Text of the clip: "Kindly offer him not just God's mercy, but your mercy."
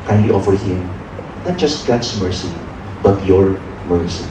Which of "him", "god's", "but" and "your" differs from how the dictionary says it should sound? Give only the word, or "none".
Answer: god's